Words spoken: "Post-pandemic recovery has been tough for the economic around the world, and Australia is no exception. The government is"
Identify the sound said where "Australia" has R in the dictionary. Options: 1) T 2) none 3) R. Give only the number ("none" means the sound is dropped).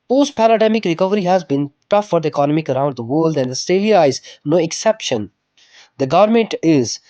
2